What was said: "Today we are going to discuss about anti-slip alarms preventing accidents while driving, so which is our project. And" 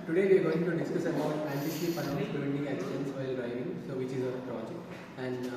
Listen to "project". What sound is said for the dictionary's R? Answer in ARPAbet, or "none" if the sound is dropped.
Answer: R